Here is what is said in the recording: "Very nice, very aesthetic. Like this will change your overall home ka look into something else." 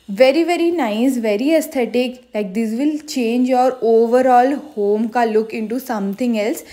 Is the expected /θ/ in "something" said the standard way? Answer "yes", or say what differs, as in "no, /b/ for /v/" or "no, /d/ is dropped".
no, /t/ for /θ/